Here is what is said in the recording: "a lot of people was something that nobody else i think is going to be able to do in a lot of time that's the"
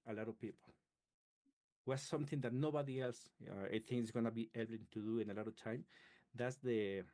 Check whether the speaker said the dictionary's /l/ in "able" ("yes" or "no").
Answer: no